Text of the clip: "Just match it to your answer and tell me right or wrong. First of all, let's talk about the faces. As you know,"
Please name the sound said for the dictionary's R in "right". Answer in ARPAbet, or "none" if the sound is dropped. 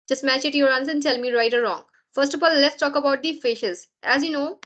R